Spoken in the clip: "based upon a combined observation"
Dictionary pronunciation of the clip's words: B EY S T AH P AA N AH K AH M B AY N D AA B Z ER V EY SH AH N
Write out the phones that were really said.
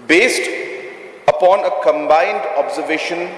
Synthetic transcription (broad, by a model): B EY S T AH P AA N AH K AH M B AY N D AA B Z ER V EY SH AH N